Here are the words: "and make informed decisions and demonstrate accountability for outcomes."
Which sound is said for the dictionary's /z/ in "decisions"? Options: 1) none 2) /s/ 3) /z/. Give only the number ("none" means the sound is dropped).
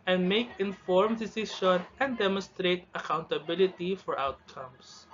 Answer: 1